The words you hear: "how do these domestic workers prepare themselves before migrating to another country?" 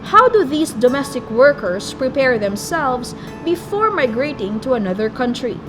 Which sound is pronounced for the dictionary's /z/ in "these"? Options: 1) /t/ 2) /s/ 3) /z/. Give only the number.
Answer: 2